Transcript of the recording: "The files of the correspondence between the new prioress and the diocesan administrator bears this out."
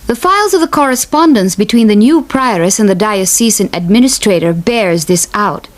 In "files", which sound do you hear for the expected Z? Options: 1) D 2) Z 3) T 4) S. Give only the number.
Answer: 2